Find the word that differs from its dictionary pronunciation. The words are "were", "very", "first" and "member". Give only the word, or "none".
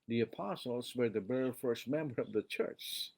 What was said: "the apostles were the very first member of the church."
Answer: very